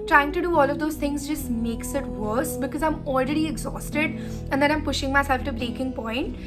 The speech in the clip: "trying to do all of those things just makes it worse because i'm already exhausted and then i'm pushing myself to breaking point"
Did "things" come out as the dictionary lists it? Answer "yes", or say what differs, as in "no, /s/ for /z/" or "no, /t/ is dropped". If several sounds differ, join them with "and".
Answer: no, /t/ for /θ/